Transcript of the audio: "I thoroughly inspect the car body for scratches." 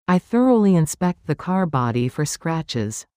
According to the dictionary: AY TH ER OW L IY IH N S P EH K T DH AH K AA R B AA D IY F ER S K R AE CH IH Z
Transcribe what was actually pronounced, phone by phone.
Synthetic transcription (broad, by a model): AY TH ER OW L IY IH N S P EH K T DH AH K AA R B AA D IY F ER S K R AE CH IH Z